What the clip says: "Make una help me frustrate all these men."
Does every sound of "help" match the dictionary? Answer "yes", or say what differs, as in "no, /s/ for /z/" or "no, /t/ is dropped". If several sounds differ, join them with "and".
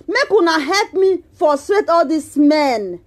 yes